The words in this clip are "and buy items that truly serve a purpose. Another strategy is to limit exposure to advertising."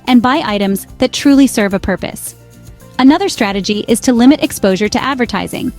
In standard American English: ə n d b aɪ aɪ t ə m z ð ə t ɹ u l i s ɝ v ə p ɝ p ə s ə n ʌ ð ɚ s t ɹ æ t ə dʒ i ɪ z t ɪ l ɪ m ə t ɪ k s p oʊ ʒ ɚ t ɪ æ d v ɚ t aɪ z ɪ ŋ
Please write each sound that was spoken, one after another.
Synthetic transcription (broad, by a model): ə n b aɪ aɪ t ə m z ð ə t ɹ u l i s ɝ v ə p ɝ p ə s ə n ʌ ð ɚ s t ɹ æ t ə dʒ i ɪ z t ɪ l ɪ m ə t ɪ k s p oʊ ʒ ɚ t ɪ æ d v ɚ t aɪ z ɪ ŋ